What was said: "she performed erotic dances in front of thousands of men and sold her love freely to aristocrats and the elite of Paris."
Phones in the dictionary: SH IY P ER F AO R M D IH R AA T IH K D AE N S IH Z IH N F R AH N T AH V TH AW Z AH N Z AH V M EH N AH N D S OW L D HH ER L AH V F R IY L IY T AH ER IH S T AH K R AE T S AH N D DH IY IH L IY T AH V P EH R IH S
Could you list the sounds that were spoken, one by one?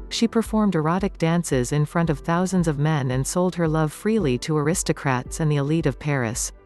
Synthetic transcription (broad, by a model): SH IY P ER F AO R M D IH R AA T IH K D AE N S IH Z IH N F R AH N T AH V TH AW Z AH N Z AH V M EH N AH N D S OW L D HH ER L AH V F R IY L IY T AH ER IH S T AH K R AE T S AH N DH IY IH L IY T AH V P EH R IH S